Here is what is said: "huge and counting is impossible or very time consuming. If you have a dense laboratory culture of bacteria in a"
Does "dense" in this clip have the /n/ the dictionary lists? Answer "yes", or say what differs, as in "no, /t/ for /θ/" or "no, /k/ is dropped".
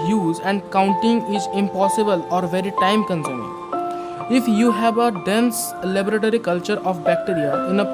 yes